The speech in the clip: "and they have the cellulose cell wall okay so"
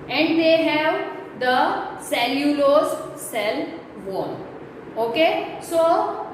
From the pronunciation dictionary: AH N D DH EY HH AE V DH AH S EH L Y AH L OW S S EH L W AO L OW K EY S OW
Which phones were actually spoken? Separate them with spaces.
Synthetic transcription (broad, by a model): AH N D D EY HH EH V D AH S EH L Y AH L OW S S EH L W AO N OW K EY S OW